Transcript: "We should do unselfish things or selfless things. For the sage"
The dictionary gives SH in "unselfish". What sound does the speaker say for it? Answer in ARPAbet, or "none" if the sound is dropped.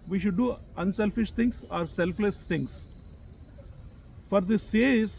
SH